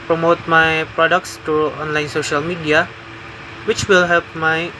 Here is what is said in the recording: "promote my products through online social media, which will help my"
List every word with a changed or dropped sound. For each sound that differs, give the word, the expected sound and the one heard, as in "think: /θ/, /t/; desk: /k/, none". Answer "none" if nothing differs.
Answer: through: /θ/, /t/